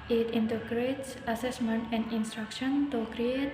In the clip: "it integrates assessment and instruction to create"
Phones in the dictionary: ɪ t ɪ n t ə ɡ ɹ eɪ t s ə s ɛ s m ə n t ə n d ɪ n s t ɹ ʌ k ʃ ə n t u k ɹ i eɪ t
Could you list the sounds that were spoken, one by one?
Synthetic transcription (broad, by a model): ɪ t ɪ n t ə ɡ ɹ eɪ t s ə s ɛ s m ə n t ə n d ɪ n s t ɹ ʌ k ʃ ə n t u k ɹ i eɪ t